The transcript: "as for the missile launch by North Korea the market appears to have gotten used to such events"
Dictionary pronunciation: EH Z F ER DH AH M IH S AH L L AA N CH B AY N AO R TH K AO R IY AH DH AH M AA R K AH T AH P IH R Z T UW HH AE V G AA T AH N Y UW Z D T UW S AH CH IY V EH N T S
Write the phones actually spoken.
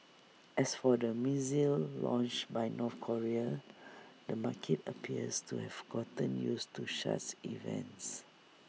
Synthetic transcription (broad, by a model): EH S F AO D AH M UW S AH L L AA N CH B AY N AO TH K AO R IY AH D AH M AA K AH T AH P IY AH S T UW HH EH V G AA T AH N Y UW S T UW SH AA S IY V EH N T S